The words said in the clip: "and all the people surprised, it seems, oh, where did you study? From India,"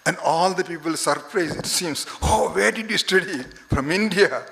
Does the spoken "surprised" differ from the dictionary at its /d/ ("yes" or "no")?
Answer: yes